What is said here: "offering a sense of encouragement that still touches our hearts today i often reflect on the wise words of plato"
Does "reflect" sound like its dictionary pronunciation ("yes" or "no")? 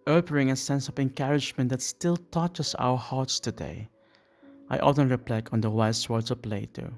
no